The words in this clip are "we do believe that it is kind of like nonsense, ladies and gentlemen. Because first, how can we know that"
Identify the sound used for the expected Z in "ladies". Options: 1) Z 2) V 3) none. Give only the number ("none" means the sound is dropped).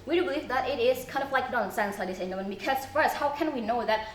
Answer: 3